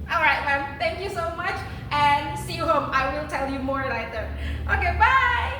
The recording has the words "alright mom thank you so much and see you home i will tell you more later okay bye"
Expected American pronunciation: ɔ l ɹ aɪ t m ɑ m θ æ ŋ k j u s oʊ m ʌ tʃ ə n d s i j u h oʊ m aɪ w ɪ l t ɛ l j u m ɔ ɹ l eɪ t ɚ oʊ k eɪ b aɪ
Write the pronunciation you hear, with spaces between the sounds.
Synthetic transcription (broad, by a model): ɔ l ɹ aɪ t m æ m θ æ ŋ k j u s oʊ m ʌ tʃ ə n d s i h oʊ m aɪ w ɪ l t ɛ l j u m ɔ ɹ n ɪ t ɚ oʊ k eɪ b aɪ